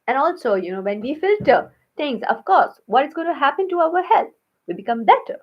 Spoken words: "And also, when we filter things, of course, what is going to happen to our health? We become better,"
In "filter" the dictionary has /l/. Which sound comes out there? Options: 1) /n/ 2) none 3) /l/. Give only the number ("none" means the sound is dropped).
3